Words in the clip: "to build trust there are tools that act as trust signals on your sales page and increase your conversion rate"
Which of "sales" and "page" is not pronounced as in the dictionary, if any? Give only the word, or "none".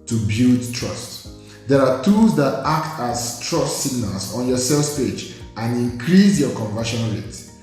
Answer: sales